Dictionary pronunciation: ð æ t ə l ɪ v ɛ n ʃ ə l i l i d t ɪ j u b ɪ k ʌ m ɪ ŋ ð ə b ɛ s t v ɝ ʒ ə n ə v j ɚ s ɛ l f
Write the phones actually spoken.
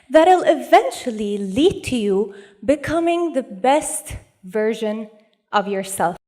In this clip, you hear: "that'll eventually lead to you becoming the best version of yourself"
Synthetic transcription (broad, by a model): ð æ t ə l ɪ v ɛ n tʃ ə l i l i d t ɪ j u b ɪ k ʌ m ɪ ŋ ð ə b ɛ s t v ɝ ʒ ə n ə v j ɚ s ɛ l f